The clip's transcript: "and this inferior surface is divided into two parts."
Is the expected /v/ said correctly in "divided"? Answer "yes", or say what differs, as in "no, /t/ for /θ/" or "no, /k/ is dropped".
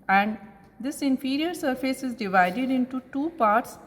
yes